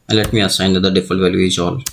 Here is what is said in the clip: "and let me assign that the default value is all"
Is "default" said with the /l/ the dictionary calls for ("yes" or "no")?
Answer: no